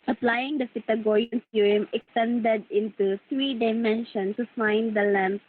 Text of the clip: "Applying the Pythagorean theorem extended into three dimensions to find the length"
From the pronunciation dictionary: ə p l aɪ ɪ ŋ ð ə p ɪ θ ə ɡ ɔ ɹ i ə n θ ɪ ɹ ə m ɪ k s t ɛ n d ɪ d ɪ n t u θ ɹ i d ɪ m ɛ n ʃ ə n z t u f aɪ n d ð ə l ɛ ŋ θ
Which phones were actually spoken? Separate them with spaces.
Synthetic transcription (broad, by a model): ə p l aɪ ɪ ŋ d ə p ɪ t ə ɡ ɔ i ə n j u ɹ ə m ɪ k s t ɛ n d ɪ d ɪ n t u t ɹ i d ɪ m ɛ n ʃ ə n t u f aɪ n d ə l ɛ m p